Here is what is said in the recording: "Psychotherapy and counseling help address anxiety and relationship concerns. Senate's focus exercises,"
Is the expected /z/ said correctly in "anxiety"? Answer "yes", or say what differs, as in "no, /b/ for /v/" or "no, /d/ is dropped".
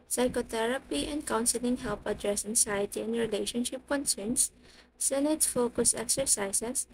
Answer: no, /s/ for /z/